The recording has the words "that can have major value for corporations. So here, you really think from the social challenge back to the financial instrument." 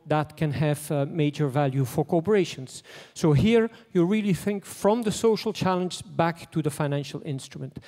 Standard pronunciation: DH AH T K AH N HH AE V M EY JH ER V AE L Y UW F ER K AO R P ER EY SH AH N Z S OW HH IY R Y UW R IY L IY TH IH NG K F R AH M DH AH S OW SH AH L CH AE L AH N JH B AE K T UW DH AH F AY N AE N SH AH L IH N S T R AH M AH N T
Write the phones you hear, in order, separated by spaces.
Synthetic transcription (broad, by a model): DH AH T K AH N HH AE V M EY JH ER V AE L Y UW F ER K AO P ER EY SH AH N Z S OW HH IY R Y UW R IY L IY TH IH NG K F R AH M DH AH S OW SH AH L CH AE L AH N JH B AE K T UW DH AH F AY N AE N SH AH L IH N S T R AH M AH N T